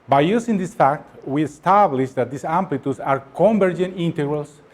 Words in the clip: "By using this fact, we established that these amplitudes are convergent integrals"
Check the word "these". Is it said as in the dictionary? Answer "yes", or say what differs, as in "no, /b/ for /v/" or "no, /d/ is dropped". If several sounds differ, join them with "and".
no, /s/ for /z/